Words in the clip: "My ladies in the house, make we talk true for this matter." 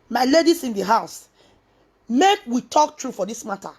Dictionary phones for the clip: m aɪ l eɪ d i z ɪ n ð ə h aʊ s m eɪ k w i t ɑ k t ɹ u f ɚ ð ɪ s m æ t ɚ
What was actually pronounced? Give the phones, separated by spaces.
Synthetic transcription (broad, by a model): m aɪ l eɪ d i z ɪ n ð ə h aʊ s m eɪ k w i t ɑ k t ɹ u f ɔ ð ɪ s m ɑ t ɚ